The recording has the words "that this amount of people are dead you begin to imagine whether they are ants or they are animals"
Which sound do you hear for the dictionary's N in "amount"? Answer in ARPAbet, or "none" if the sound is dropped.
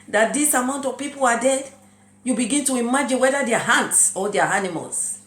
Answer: N